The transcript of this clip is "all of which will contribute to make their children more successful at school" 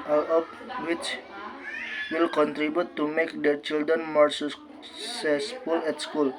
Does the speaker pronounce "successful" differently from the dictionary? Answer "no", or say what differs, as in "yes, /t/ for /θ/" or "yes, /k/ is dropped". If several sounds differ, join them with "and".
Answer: yes, /k/ is dropped